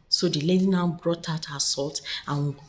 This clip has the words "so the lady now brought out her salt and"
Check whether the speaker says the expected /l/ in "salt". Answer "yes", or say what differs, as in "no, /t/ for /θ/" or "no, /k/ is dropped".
yes